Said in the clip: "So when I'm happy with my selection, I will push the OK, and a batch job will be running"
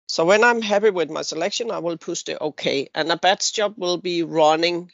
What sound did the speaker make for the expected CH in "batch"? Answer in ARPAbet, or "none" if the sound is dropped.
S